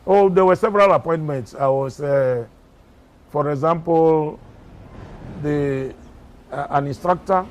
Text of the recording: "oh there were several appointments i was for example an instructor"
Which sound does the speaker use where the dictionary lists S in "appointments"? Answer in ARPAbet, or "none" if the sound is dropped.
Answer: S